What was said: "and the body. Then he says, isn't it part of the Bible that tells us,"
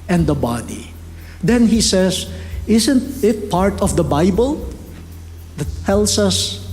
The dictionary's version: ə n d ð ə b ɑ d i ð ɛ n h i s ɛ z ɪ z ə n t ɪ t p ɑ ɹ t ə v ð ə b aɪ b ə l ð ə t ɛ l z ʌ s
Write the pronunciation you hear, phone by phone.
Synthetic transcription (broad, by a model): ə n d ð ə b ɑ d i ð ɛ n h i s ɛ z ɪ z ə n t ɪ t p ɑ ɹ t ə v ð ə b aɪ b ə l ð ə t ɛ l s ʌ s